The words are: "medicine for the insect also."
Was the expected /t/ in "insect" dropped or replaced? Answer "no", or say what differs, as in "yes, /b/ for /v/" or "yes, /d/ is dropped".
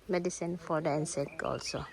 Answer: yes, /t/ is dropped